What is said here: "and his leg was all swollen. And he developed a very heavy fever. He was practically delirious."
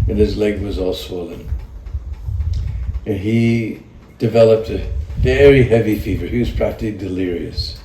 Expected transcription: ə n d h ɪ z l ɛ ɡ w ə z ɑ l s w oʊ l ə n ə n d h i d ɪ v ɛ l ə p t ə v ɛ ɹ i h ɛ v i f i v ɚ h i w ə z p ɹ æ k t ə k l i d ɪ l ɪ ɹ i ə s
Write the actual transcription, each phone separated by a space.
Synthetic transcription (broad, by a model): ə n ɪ z l ɛ ɡ w ə z ɑ l s w oʊ l ə n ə n i d ɪ v ɛ l ə p t ə v ɛ ɹ i h ɛ v i f i v ɚ h i w ə z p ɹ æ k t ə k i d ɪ l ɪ ɹ i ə s